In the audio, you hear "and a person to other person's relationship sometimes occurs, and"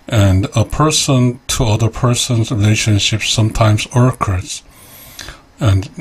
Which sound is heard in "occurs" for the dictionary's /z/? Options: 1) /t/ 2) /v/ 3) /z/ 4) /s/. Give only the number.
4